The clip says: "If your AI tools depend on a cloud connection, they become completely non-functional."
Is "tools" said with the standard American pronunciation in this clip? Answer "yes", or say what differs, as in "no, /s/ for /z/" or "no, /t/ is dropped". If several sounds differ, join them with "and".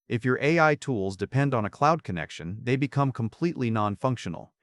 yes